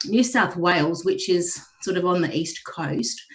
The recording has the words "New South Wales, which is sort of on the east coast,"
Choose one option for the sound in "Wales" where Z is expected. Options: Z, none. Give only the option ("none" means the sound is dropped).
Z